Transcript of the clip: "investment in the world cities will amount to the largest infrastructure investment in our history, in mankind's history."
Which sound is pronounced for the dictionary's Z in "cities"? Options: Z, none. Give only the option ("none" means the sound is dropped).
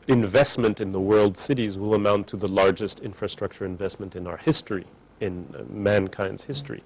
Z